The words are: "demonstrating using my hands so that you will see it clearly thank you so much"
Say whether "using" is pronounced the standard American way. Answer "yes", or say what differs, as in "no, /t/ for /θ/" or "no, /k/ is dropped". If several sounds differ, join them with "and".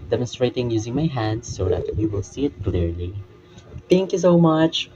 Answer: yes